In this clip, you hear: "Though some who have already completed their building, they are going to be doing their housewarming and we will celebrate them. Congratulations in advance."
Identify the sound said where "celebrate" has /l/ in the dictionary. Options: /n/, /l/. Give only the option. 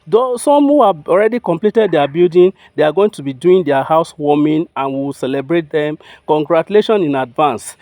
/l/